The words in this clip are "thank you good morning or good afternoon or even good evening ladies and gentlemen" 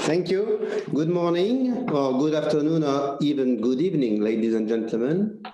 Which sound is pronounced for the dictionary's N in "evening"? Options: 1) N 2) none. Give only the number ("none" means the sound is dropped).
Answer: 1